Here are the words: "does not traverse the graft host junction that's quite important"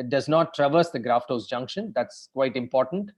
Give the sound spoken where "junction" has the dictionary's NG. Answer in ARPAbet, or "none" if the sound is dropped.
NG